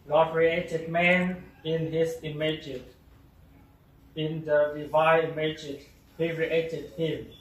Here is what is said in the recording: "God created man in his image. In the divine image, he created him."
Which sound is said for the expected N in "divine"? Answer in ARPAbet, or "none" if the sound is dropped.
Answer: none